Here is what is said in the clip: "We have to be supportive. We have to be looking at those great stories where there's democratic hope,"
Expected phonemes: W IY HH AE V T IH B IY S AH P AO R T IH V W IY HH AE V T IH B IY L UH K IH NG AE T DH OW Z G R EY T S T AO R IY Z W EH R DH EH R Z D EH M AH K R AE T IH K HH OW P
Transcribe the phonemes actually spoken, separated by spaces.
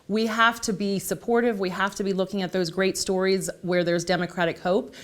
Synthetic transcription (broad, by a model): W IY HH AE F T IH B IY S AH P AO R T IH V W IY HH AE F T IH B IY L UH K IH NG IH T DH OW Z G R EY T S T AO R IY Z W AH R DH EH R Z D EH M AH K R AE T IH K HH OW P